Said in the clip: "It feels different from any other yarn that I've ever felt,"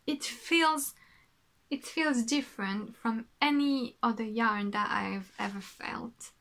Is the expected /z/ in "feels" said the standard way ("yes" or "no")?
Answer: yes